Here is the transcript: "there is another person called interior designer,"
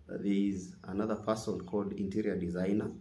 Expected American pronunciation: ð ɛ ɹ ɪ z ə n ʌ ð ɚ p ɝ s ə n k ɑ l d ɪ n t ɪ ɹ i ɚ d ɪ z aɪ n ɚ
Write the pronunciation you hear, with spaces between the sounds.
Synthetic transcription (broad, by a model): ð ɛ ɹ ɪ z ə n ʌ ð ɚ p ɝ s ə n k ɑ l d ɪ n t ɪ ɹ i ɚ d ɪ z aɪ n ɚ